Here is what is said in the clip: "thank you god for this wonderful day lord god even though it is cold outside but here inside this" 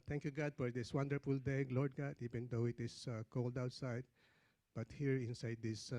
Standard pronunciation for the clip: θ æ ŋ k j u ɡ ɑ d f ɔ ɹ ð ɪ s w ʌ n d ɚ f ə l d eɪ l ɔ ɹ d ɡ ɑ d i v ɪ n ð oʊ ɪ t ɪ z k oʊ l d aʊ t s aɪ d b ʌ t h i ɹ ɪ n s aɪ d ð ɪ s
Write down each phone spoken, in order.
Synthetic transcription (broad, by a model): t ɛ ŋ k j u ɡ ɑ d f ɔ ɹ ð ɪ s w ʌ n d ɚ f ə l d eɪ l ɔ ɹ d ɡ ɑ d i v ɪ n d oʊ ɪ t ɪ s k oʊ l d aʊ t s aɪ d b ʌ t h i ɹ ɪ n s aɪ d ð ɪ s